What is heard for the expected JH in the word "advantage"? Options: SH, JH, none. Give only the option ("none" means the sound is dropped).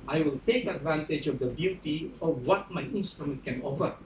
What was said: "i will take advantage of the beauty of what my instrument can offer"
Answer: JH